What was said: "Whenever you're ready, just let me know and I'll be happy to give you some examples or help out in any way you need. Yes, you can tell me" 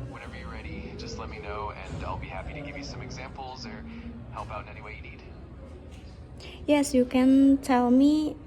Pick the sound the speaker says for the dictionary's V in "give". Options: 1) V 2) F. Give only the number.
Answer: 1